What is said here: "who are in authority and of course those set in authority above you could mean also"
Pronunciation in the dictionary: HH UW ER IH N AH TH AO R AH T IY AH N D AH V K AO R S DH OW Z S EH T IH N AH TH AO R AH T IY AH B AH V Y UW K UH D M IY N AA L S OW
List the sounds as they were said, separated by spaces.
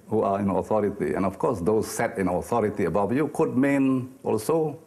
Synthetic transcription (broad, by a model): HH UW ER IH N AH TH AO R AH T IY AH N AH F K AO S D OW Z S EH T IH N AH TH AO R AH T IY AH B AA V Y UW K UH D M IY N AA L S OW